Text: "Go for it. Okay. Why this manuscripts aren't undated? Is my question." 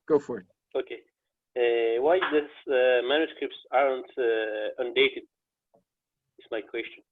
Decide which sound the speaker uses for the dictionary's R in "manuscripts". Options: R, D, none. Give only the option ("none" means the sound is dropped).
R